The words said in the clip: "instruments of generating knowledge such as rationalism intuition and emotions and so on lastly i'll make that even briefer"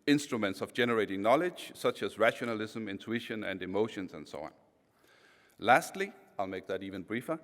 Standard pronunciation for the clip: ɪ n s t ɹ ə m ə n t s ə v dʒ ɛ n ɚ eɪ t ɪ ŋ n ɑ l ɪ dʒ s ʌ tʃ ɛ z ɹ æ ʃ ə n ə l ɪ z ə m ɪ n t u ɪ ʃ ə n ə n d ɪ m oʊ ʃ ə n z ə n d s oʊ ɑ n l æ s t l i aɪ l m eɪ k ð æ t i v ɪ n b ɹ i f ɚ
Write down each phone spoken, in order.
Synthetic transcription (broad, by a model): ɪ n s t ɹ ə m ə n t s ə v dʒ ɛ n ɚ eɪ t ɪ ŋ n ɑ l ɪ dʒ s ʌ tʃ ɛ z ɹ æ ʃ ə n ə l ɪ z ə m ɪ n t u ɪ ʃ ə n ə n d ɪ m oʊ ʃ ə n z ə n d s oʊ ɑ n l æ s t l i aɪ l m eɪ k ð æ t i v ɪ n b ɹ i f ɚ